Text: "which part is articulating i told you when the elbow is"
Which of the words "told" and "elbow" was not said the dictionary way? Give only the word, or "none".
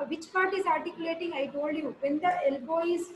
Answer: told